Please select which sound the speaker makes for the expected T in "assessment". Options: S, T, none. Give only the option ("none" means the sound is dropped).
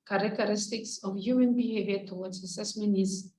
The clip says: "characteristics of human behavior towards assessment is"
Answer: none